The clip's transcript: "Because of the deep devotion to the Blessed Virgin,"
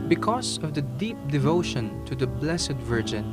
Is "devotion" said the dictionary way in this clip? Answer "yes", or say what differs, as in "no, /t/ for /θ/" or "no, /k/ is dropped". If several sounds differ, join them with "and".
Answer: yes